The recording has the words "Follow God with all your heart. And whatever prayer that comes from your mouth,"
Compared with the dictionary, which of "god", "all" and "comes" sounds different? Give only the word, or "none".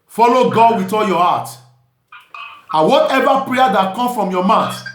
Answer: comes